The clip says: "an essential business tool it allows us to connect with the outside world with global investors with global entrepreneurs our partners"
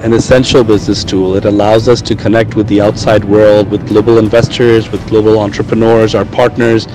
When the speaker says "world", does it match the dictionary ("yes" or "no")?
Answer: yes